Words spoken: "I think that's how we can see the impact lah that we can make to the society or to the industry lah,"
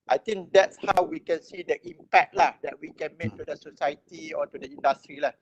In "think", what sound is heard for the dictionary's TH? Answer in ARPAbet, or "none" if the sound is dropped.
T